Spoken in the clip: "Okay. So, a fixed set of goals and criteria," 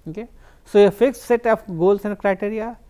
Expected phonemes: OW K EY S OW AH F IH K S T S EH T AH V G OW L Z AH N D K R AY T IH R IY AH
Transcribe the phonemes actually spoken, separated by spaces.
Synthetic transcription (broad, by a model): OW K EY S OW AH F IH K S S EH T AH P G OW L S AH N D K R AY T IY R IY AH